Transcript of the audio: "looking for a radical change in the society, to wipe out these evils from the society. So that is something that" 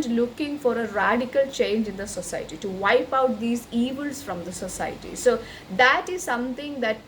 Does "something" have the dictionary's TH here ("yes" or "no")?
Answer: no